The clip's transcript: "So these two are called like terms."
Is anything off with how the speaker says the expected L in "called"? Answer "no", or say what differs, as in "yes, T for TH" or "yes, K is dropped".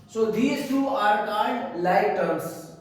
yes, N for L